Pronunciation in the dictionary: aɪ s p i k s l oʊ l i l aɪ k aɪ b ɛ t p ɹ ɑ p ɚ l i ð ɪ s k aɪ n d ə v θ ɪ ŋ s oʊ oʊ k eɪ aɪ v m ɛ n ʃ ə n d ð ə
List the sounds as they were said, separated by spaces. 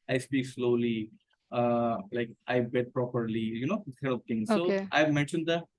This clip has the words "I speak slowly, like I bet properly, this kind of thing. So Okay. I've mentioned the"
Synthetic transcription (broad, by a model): aɪ s p i k s l oʊ l i l aɪ k aɪ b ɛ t p ɹ ɑ p ɚ l i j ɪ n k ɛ d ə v t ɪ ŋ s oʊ oʊ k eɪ aɪ v m ɛ n ʃ ə n d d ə